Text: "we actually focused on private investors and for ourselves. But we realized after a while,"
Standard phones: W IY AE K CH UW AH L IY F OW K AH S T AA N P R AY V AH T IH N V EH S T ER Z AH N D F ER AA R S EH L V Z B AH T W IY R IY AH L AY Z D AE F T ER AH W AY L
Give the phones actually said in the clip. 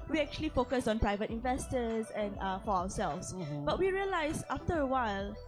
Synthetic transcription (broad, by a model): W IY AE K CH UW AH L IY F OW K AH S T AA N P R AY V AH T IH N V EH S T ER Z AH N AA F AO AA W S EH L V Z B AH T W IY R IY AH L AY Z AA F T ER AH W AY L